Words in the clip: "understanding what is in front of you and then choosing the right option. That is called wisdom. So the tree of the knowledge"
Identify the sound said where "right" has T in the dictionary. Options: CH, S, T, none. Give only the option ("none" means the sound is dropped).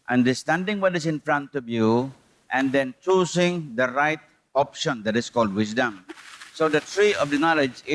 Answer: T